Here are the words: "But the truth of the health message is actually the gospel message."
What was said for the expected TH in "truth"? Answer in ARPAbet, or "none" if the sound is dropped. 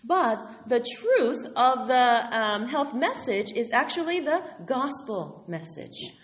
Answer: TH